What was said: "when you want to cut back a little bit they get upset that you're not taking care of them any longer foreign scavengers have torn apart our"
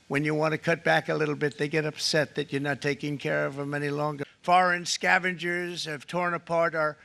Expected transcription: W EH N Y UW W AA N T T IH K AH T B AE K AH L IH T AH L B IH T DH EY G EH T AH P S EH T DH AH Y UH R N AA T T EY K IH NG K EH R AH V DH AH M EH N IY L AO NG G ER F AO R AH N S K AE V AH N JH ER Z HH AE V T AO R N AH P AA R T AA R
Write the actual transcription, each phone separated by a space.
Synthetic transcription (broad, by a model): W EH N Y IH W AA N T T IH K AH T B AE K AH L IH T L B IH T DH EY G EH T AH P S EH T DH AH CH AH R N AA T T EY K IH NG K EH R AH V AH M EH N IY L AO NG G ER F AO R AH N S K AE V AH N JH ER Z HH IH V T AO R N AH P AA R T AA R